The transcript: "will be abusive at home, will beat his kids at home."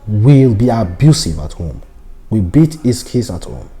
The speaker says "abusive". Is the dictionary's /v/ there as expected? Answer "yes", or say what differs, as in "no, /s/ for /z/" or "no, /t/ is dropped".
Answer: yes